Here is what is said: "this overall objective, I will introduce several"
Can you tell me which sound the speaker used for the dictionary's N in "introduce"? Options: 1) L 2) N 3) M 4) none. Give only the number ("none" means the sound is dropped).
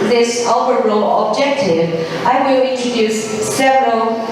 4